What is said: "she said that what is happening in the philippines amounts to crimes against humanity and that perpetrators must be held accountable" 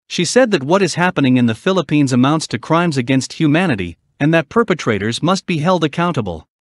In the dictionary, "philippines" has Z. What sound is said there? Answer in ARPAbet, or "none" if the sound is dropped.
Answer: Z